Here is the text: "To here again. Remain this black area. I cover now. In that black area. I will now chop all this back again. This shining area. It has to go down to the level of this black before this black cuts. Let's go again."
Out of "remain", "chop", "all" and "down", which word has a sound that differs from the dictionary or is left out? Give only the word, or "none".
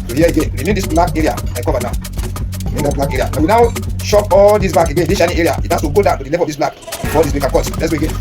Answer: chop